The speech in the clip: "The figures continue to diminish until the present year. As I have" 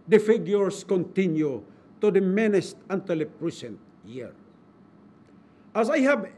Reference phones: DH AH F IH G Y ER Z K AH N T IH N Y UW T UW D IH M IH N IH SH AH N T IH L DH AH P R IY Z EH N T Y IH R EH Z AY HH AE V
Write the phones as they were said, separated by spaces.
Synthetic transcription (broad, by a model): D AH F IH G Y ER S K AH N T IH N Y UW T UW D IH M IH N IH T AH N T IH L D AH P R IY S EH N T Y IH R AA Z AY HH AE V